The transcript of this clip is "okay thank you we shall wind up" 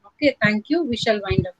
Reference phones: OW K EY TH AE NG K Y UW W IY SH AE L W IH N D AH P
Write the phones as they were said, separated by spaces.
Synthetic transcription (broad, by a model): OW K EY T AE NG K Y UW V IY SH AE L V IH N D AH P